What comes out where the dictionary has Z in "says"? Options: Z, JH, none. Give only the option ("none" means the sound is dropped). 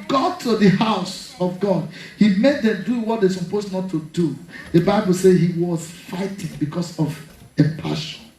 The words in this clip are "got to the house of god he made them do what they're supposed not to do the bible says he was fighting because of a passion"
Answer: none